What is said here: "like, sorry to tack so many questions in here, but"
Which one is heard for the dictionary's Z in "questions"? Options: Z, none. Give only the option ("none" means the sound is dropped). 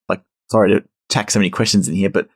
Z